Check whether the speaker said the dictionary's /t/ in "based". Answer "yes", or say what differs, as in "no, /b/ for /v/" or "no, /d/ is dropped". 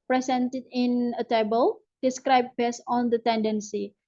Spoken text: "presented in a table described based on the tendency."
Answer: no, /t/ is dropped